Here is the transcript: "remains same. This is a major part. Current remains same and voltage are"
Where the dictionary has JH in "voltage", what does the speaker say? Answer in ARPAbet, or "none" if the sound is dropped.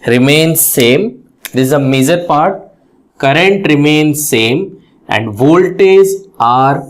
Z